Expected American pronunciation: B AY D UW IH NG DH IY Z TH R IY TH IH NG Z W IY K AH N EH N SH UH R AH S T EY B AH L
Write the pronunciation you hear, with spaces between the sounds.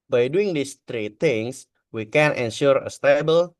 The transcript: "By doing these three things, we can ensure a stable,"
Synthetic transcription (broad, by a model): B AY D UW IH NG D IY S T R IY T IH NG S W IY K AH N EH N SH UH R AH S T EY B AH L